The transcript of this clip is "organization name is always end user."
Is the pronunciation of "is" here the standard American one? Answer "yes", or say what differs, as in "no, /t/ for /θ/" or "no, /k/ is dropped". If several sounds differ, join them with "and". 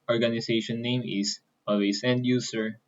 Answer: no, /s/ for /z/